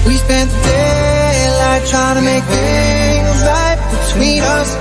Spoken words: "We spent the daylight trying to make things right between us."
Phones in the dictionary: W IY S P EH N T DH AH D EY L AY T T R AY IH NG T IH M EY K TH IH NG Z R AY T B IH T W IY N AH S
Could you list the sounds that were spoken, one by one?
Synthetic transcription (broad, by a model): W IY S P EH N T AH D EY N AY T T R AY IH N T IH M EY K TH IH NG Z L AY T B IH T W IY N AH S